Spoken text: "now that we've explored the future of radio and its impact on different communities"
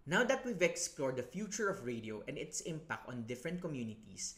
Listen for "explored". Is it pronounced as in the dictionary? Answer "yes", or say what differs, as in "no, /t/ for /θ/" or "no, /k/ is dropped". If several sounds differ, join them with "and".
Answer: yes